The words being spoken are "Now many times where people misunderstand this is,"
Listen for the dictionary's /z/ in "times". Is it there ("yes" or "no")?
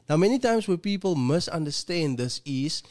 no